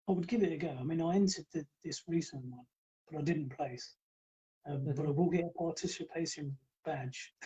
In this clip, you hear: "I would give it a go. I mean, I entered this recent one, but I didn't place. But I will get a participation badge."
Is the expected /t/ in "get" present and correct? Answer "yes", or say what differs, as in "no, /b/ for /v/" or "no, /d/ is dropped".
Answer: no, /t/ is dropped